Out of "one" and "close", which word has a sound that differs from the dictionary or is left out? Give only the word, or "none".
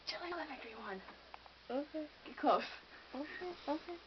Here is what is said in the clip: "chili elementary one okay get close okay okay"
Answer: close